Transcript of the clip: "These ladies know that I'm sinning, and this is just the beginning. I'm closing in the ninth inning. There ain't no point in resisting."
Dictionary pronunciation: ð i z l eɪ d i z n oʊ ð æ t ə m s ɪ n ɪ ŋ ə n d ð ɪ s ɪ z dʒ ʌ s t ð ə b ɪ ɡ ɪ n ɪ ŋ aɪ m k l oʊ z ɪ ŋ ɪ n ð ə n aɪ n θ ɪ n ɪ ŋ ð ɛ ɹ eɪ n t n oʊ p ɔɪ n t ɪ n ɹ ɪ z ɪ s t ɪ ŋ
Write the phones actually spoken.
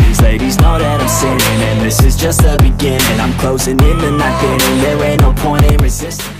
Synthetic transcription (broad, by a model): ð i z l eɪ d i z n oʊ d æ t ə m s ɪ ɪ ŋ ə n ð ɪ s ɪ z dʒ ʌ s t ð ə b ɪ ɡ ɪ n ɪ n aɪ m k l oʊ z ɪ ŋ ɪ n ð ə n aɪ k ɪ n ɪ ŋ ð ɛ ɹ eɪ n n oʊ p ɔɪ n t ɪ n ɹ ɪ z ɪ s t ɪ